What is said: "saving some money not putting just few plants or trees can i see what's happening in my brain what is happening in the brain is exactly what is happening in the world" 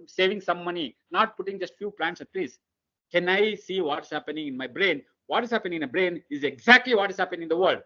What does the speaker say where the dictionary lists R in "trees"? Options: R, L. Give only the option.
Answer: L